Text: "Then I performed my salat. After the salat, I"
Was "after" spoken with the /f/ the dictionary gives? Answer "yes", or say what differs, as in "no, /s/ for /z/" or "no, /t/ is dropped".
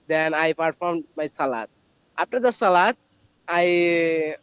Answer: no, /p/ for /f/